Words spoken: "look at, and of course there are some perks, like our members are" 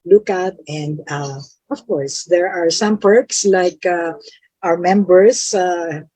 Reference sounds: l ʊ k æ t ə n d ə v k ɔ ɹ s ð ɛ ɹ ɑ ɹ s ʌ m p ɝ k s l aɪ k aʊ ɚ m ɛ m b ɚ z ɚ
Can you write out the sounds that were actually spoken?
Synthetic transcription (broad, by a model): l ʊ k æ t ə n d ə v k ɔ ɹ s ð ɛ ɹ ɑ ɹ s ʌ m p ɝ k s l aɪ k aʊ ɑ m ɛ m b ɚ s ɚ